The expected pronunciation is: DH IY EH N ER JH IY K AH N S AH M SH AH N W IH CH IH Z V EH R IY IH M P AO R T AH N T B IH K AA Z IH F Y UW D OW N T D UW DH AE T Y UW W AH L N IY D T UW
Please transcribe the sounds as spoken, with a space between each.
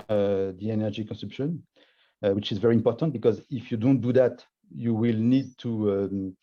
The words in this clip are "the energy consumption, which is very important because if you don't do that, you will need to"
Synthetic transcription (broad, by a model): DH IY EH N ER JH IY K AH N S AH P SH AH N W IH CH IH Z V EH R IY IH M P AO R T AH N T B IH K AA Z IH F Y UW D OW N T D UW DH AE T Y UW W AH L N IY D T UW